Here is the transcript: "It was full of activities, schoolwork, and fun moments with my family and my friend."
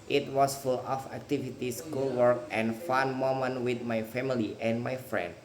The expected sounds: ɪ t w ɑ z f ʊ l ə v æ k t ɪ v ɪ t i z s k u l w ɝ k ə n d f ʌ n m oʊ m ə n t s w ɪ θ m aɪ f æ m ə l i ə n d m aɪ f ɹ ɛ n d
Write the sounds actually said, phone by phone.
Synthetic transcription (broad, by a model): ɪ t w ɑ s f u l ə f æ k t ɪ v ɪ t i s k u l w ɝ k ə n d f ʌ n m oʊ m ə n w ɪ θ m aɪ f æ m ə l i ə n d m aɪ f ɹ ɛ n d